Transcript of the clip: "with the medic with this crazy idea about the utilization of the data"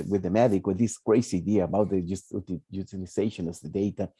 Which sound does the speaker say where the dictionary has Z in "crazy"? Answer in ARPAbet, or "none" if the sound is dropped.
S